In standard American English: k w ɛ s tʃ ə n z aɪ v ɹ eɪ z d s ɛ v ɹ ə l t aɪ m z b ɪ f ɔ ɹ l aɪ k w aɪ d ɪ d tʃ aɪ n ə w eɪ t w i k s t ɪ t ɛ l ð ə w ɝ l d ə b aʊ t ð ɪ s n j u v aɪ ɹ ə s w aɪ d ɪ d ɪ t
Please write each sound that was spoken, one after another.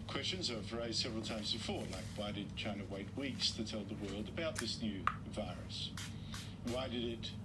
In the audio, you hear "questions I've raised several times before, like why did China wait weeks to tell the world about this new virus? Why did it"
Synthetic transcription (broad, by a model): k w ɛ s tʃ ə n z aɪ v ɹ eɪ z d s ɛ v ɹ l t aɪ m z b ɪ f ɔ ɹ l aɪ k w aɪ d ɪ d tʃ aɪ n ə w eɪ t w i k s t ɪ t ɛ l ð ə w ɝ l d ə b aʊ t ð ɪ s n j u v aɪ ɹ ə s w aɪ d ɪ d ɪ t